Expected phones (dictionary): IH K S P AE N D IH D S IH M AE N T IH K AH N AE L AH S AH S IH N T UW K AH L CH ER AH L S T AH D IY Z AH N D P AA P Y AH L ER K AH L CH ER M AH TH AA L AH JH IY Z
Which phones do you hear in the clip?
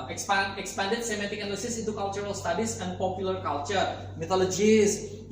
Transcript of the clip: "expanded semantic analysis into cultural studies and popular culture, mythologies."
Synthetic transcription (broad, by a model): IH K S P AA N D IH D S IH M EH T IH K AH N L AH S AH S IH N T UW K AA L CH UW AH L S T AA D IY S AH N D P AA P Y AH L ER K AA L CH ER M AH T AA L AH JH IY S